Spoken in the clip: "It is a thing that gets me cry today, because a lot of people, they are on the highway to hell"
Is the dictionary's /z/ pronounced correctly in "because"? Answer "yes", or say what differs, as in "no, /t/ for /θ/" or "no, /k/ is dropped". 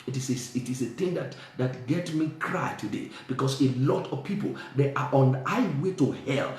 no, /s/ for /z/